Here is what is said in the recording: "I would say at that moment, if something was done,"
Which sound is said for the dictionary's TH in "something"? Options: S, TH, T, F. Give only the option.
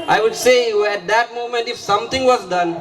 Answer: T